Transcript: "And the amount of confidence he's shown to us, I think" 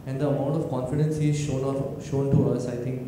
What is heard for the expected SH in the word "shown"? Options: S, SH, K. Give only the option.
SH